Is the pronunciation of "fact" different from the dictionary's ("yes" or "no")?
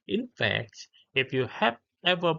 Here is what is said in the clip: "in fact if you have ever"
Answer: no